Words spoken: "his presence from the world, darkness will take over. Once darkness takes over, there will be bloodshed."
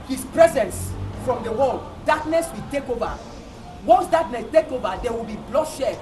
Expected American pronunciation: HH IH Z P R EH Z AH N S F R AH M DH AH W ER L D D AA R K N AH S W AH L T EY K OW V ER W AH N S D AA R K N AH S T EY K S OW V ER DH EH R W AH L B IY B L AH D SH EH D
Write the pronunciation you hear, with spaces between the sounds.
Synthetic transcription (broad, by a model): HH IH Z P R EH Z AH N S F R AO M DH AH W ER L D D AA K N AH S W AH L T EY K OW V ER W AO N S D AA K N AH S T EY K OW V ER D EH W AH L B IY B L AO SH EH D